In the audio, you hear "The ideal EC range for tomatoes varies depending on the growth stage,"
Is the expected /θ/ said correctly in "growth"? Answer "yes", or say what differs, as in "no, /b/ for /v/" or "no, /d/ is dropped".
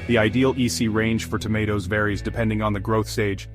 yes